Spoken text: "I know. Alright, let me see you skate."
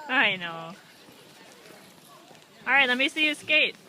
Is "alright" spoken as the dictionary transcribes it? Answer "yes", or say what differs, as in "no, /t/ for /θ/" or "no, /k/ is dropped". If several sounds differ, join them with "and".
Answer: yes